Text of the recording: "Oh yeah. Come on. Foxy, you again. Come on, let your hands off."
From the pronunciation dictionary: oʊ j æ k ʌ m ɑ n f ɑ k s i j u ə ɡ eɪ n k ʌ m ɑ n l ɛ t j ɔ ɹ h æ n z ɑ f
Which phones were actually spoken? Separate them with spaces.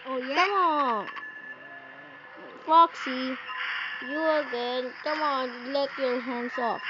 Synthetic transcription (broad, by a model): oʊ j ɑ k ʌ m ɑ f ɑ k s i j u ə ɡ eɪ n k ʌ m ɑ n l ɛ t j ɔ ɹ h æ n s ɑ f